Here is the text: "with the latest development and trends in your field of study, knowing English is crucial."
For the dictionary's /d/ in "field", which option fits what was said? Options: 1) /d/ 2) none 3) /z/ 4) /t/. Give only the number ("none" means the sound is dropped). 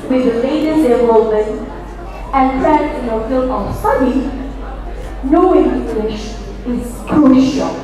2